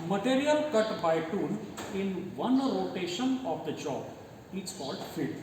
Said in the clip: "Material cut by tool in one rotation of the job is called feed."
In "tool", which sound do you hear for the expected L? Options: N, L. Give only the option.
N